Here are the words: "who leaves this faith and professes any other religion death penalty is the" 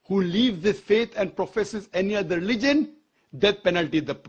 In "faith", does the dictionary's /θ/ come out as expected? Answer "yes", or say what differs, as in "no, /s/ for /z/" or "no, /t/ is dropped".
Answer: no, /t/ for /θ/